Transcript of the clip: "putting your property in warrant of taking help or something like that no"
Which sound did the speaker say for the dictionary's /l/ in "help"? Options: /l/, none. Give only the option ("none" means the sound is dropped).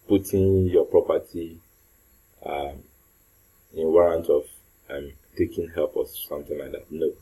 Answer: /l/